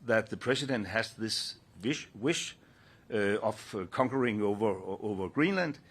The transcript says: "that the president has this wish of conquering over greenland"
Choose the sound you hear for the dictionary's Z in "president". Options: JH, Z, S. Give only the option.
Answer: S